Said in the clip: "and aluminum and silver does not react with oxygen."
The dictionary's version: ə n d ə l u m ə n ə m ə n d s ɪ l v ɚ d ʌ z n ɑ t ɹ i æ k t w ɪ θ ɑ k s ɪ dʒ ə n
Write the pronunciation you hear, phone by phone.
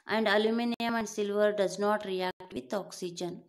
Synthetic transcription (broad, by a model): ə n d ə l u m ə n ə m ə n d s ɪ l v ɚ d ʌ z n ɑ t ɹ i æ k t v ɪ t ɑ k s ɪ dʒ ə n